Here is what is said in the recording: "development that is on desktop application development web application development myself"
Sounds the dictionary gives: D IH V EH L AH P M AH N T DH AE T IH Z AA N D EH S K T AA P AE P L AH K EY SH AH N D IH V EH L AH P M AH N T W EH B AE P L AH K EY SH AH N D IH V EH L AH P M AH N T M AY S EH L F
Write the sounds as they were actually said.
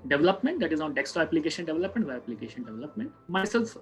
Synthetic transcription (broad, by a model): D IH V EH L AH P M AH N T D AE T IH Z AA N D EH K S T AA AE P L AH K EY SH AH N D IH V EH L AH P M AH N T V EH AE P L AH K EY SH AH N D IH V EH L AH P M AH N T M AY S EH L F